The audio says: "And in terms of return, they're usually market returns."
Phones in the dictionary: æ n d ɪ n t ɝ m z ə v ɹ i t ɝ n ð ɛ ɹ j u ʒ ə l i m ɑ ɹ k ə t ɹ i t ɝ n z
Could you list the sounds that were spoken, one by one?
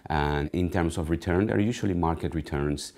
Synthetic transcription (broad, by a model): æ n ɪ n t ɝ m s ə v ɹ i t ɝ n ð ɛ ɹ j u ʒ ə l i m ɑ ɹ k ə t ɹ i t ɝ n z